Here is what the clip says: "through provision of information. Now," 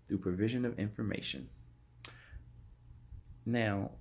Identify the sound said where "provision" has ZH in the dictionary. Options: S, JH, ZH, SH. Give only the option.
ZH